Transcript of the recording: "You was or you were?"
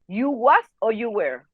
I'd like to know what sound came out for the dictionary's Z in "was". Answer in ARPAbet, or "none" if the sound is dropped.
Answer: S